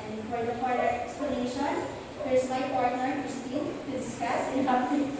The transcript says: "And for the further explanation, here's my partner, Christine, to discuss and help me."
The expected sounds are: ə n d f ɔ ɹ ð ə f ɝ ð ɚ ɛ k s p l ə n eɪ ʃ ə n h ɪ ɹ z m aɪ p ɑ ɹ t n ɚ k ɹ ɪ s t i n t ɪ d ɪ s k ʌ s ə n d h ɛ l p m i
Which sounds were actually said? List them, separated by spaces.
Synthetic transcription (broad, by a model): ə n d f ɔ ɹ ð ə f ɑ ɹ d ɛ k s p l ə n eɪ ʃ ə n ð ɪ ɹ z m aɪ p ɑ ɹ t n ɚ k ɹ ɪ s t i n t ɪ d ɪ s k ʌ s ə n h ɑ p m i